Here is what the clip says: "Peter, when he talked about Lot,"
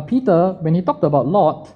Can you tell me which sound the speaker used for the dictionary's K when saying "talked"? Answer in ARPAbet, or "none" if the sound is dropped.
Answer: K